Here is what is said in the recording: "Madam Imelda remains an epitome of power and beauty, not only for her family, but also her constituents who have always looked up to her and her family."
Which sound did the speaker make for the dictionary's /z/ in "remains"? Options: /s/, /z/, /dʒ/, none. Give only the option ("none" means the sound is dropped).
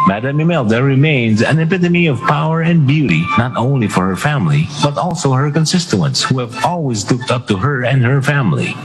/z/